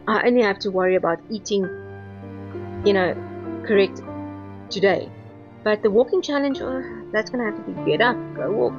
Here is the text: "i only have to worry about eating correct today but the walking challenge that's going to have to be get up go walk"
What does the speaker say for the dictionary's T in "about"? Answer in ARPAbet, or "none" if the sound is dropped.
T